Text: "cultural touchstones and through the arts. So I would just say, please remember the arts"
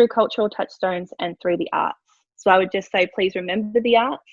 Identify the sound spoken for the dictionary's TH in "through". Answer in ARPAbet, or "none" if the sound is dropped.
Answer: TH